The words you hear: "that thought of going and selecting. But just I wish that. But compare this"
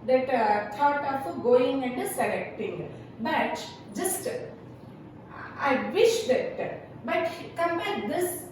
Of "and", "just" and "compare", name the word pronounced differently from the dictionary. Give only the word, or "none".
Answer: compare